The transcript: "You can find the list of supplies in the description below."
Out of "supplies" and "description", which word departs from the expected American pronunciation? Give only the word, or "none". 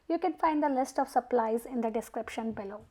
none